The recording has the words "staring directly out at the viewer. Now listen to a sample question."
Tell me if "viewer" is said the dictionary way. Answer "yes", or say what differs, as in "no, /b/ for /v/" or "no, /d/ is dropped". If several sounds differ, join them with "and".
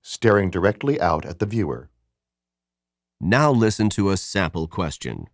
yes